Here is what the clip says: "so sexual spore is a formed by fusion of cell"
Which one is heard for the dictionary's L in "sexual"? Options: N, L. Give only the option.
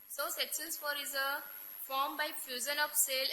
N